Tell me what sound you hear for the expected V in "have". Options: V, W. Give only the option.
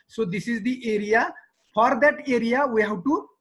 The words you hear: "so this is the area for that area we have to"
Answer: W